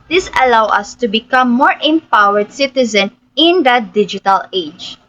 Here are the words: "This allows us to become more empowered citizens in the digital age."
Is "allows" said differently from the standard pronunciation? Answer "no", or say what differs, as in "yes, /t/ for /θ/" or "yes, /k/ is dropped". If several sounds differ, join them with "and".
yes, /z/ is dropped